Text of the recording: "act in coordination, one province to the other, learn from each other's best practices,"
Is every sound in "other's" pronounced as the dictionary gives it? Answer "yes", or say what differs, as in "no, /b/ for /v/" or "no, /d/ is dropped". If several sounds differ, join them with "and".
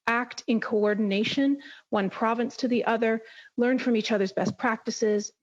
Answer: yes